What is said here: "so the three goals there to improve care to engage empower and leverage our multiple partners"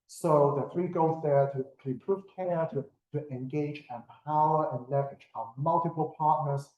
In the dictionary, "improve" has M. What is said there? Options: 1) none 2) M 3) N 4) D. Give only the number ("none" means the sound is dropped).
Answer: 1